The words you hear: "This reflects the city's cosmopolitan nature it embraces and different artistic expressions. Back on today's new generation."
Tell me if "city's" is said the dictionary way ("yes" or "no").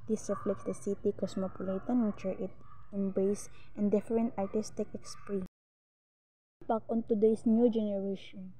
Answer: no